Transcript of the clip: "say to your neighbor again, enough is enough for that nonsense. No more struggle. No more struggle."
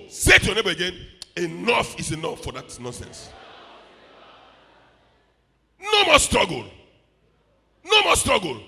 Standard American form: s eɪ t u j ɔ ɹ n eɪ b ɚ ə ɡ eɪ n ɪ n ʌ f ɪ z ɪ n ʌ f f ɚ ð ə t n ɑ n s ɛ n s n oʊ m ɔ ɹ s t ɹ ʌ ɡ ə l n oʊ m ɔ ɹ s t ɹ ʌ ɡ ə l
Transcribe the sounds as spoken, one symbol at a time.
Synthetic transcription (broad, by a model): s eɪ t u j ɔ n eɪ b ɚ ə ɡ eɪ n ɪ n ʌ f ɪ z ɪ n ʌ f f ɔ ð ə t n ɑ n s ɛ n s n oʊ m ɔ s t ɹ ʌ ɡ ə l n oʊ m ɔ s t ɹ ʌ ɡ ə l